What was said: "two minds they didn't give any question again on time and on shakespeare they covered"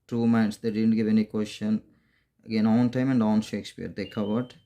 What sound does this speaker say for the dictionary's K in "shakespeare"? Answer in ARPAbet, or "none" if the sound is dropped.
K